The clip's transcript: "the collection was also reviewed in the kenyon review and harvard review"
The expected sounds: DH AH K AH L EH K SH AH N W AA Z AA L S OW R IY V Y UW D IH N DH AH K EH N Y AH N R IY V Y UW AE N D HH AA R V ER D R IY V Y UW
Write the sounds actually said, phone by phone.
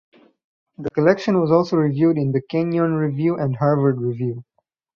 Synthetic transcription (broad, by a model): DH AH K AH L EH K SH AH N W AA Z AA L S OW R IY V Y UW D IH N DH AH K EH N Y AH N R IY V Y UW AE N D HH AA R V ER D R IY V Y UW